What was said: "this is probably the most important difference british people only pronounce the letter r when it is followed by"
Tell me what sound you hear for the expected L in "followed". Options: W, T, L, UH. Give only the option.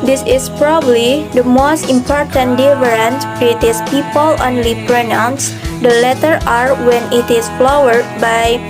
W